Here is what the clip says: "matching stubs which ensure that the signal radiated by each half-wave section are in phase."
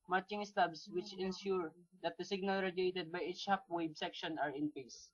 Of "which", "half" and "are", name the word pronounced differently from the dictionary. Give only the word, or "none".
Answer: half